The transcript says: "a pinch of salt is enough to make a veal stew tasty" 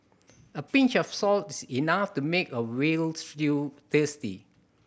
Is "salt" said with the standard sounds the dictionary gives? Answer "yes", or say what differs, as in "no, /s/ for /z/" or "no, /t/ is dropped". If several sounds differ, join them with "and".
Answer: yes